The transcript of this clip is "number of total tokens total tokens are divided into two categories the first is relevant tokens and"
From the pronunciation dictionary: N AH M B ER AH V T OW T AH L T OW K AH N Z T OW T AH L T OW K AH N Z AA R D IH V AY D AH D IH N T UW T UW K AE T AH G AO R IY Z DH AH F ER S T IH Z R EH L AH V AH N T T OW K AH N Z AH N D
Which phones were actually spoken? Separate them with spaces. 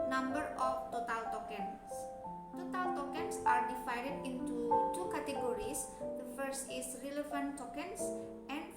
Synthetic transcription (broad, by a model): N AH M B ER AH F T OW T AH L T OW K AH N S T OW T AH L T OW K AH N S AA R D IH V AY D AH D IH N T UW T UW K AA T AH G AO R IY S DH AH F ER S T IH S R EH L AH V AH N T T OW K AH N S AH N